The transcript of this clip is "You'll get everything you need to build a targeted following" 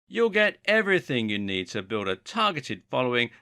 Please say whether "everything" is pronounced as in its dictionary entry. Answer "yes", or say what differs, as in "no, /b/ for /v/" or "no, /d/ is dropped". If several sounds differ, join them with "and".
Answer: yes